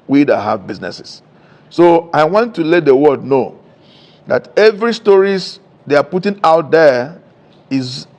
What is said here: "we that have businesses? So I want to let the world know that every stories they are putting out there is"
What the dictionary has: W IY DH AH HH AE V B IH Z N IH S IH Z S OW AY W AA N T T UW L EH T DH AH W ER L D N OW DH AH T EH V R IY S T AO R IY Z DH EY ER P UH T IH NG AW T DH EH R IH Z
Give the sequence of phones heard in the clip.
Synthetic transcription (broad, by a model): W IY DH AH HH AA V B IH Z N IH S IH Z S OW AY W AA N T T UW L EH T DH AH W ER D N OW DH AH T EH V R IY S T AO R IY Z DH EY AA P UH T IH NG AW T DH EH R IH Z